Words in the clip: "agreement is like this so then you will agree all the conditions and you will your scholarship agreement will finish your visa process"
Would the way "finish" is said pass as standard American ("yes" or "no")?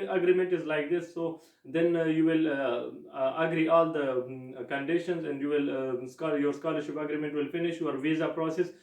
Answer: yes